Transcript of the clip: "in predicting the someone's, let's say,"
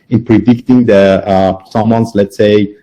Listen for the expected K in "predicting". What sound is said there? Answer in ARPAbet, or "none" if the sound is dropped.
K